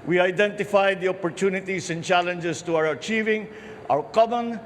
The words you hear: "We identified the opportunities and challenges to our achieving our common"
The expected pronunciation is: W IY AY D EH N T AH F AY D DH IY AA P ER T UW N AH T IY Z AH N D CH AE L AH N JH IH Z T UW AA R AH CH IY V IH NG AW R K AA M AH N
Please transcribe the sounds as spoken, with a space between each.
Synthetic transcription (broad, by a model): W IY AY D EH N T AH F AY D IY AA P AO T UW N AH T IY S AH N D CH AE L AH N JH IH S T UW AA R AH CH IY V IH NG AW R K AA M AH N